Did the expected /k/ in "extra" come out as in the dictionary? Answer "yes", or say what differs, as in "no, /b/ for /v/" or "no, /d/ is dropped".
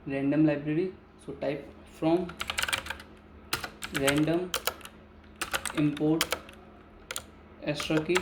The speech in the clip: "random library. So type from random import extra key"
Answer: no, /k/ is dropped